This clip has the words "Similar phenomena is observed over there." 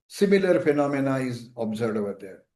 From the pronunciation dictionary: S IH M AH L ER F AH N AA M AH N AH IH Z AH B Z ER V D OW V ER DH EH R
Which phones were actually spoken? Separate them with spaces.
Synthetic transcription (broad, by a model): S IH M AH L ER F AH N AA M AH N AH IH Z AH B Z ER D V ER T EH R